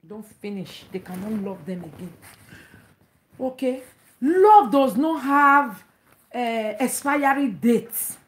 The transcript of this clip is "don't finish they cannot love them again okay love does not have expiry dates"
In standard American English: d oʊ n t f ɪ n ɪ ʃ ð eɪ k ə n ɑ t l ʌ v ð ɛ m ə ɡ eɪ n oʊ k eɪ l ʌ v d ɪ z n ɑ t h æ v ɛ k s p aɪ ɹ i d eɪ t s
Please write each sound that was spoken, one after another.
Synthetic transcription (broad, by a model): d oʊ n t f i n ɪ ʃ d eɪ k ə n ɑ t l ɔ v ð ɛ m ə ɡ eɪ n oʊ k eɪ l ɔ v d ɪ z n ɑ t h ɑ v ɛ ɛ s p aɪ ɹ i d eɪ t s